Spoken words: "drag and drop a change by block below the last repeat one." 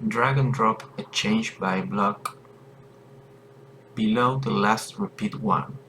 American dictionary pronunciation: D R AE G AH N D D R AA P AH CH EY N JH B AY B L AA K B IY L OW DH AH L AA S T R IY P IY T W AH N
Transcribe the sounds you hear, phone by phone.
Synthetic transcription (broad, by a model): D R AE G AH N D D R AA P AH CH EY N JH B AY B L AA K B IY L OW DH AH L AA S T R IY P IY T W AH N